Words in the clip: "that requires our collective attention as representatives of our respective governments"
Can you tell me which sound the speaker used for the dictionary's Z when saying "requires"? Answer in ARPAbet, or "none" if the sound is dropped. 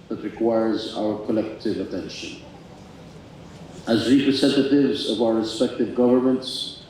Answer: Z